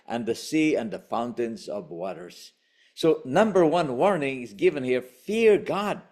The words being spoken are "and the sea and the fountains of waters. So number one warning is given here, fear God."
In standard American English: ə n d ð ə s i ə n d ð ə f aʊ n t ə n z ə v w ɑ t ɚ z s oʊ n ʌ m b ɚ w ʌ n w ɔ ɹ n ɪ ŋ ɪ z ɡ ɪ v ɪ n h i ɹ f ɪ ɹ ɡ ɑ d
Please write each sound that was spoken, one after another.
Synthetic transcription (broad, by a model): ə n ð ə s i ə n ð ə f aʊ n t ə n z ə v w ɑ t ɚ z s oʊ n ʌ m b ɚ w ʌ n w ɔ ɹ n ɪ ŋ ɪ z ɡ ɪ v ɪ n h i ɹ f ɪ ɹ ɡ ɑ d